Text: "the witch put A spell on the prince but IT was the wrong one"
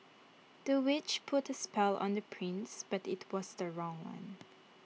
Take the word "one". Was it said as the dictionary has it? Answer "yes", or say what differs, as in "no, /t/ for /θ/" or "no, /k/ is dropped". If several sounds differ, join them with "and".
yes